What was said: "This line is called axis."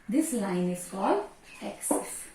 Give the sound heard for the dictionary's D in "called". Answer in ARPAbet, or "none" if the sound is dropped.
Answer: none